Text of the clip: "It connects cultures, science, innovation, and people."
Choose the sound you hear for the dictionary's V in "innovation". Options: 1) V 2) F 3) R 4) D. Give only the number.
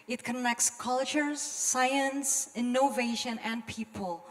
1